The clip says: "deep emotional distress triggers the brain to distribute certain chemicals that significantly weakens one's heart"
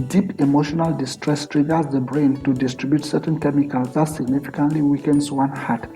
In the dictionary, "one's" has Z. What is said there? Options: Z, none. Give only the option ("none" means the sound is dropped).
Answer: none